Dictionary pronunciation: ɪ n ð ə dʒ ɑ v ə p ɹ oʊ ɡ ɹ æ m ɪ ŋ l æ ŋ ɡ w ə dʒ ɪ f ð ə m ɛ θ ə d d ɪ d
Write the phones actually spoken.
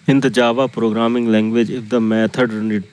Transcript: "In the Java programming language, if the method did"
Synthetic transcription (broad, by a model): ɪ n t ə dʒ ɑ v ə p ɹ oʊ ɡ ɹ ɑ m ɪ ŋ l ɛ ŋ ɡ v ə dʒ ɪ f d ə m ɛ t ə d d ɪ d